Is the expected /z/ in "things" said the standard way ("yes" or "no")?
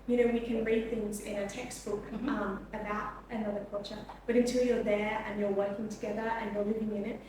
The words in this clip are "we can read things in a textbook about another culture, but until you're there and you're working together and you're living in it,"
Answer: yes